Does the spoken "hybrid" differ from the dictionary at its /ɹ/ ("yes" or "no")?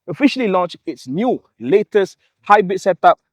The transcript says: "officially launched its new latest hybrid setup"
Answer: yes